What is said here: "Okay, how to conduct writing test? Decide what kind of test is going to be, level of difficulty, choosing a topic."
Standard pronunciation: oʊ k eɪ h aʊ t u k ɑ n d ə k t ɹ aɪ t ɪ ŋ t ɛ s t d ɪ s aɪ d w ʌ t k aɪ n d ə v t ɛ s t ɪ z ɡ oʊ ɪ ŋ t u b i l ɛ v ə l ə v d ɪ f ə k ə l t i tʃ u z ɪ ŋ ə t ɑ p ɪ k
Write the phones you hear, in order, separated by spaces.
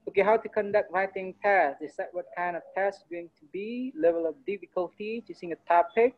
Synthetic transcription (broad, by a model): oʊ k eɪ h aʊ t u k ɑ n d ə k t ɹ aɪ t ɪ ŋ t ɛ s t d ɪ s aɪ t w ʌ t k aɪ n d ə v t ɛ s t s ɡ oʊ ɪ ŋ t u b i l ɛ v ə l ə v d ɪ f ə k ə l t i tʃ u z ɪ ŋ ə t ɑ p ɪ k